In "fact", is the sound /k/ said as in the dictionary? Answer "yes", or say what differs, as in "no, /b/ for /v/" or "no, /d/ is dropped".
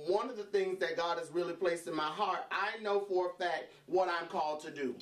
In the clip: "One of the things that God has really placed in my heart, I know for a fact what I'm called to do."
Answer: no, /k/ is dropped